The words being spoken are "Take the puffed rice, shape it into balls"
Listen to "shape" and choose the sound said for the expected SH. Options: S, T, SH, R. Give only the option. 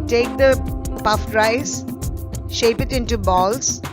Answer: SH